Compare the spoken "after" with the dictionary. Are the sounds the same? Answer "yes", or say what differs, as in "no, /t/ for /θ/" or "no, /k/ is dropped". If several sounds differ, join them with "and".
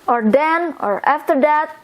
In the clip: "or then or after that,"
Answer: yes